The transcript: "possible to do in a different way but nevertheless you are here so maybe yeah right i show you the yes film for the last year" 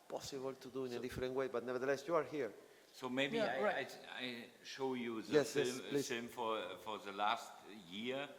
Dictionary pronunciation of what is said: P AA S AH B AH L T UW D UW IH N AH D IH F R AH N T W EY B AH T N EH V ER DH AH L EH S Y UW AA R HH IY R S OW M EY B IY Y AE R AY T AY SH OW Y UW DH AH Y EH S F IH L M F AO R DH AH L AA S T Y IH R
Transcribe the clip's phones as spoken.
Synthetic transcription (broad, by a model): P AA S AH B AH L T UW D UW IH N AH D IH F R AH N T W EY B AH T N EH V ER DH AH L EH S Y UW AA R HH IY R S OW M EY B IY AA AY AY SH OW Y UW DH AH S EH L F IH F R F AO R DH AH L AA S T Y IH R